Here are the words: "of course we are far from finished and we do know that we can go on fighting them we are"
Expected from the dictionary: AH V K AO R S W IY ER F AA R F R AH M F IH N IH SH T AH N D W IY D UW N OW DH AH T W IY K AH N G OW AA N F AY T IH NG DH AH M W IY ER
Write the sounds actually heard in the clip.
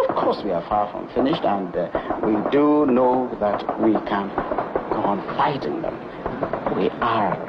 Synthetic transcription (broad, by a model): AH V K AO R S W IY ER F AA R F R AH M F IH N IH SH T AH N D W IY D UW N OW DH AH T W IY K AH N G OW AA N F AY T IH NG DH AH M W IY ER